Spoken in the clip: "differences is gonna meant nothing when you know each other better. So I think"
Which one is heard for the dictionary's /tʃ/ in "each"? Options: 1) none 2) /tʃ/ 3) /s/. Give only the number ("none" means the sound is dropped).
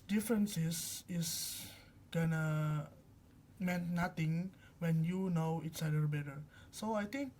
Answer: 3